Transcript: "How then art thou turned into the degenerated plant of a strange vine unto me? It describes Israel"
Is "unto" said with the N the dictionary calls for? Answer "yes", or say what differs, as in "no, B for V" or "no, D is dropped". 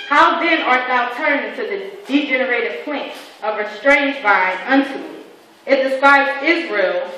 yes